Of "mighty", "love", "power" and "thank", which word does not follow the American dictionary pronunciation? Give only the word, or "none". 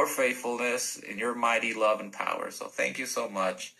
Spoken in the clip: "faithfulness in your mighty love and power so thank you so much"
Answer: none